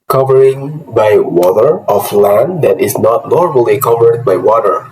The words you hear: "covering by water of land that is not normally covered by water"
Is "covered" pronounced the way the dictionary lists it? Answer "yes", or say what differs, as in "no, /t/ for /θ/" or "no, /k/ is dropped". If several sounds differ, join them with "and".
yes